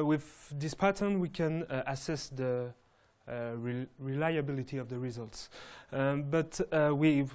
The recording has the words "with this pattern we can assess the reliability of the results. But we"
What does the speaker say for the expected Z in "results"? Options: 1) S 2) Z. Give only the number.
2